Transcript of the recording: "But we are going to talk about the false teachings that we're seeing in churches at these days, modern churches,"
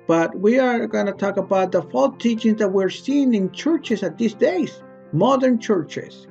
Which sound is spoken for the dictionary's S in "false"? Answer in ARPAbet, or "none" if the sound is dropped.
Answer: none